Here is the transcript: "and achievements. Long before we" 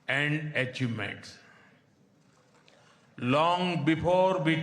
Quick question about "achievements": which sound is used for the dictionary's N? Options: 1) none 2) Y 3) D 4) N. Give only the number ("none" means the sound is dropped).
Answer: 1